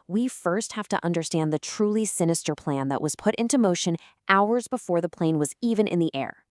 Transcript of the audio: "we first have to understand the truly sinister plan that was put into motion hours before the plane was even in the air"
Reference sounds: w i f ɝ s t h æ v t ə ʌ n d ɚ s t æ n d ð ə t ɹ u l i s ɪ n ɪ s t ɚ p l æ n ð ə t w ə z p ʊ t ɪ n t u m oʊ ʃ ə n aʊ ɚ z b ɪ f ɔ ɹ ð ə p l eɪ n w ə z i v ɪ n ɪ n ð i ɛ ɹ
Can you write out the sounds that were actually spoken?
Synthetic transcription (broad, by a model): w i f ɝ s t h æ f t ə ʌ n d ɚ s t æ n ð ə t ɹ u l i s ɪ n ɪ s t ɚ p l æ n ð ə t w ə z p ʊ t ɪ n t u m oʊ ʃ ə n aʊ ɚ z b ɪ f ɔ ɹ ð ə p l eɪ n w ə z i v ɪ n ɪ n ð i ɛ ɹ